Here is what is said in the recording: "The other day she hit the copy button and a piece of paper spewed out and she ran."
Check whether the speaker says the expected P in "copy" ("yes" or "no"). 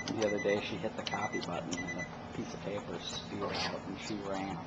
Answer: no